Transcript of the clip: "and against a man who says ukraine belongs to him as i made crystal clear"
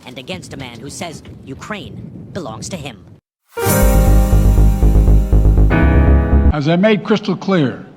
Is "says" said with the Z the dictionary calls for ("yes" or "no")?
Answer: yes